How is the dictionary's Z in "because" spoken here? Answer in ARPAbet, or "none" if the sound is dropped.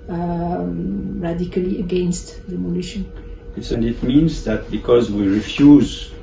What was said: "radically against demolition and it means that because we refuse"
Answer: Z